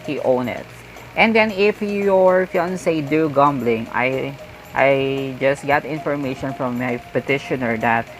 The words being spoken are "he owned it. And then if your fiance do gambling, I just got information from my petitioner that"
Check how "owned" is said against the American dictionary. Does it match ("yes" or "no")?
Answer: no